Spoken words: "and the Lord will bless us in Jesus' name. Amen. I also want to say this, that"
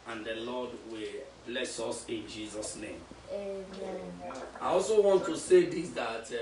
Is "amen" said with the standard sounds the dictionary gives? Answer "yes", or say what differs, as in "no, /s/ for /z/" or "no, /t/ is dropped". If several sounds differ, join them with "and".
no, /m/ is dropped